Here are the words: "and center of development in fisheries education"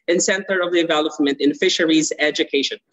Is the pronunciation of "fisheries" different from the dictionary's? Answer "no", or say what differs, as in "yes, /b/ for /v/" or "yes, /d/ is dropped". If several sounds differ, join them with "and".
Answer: no